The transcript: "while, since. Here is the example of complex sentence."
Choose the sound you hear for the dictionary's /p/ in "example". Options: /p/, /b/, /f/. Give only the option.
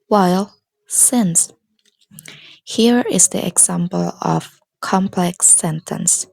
/p/